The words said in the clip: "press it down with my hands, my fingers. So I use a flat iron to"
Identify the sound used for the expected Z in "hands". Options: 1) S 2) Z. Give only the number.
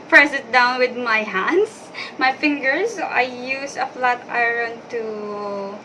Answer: 1